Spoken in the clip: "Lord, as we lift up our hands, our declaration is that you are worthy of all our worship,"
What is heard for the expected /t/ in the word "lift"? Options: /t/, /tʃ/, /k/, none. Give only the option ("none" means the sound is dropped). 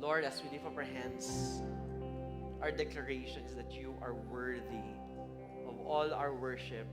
none